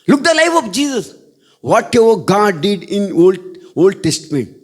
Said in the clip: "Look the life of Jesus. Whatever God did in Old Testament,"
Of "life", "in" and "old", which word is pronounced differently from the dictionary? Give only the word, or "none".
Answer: in